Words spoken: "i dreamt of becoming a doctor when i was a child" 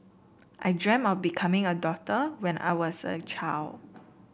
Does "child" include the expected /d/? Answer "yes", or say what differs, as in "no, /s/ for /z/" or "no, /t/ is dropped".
no, /d/ is dropped